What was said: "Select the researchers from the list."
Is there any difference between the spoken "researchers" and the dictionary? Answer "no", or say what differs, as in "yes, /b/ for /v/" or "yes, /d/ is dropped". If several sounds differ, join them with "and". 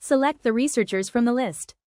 no